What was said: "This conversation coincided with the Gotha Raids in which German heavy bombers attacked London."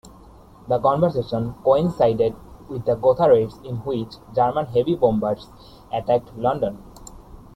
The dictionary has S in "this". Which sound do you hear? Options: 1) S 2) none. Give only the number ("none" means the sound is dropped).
2